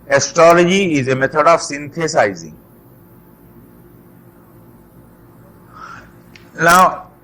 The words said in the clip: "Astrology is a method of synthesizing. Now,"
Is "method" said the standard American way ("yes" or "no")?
no